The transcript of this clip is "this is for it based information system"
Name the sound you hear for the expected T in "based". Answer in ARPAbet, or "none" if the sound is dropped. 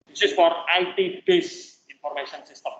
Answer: none